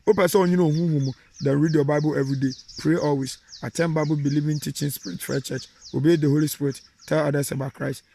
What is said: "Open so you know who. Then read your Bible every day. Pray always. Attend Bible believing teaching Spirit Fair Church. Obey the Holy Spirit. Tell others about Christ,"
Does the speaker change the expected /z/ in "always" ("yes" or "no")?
yes